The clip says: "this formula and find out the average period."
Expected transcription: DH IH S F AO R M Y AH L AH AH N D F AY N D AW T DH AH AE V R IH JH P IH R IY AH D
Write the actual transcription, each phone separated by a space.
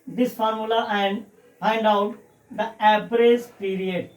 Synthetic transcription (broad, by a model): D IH S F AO R M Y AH L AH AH N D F AY N D AW T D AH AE P R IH Z P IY R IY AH D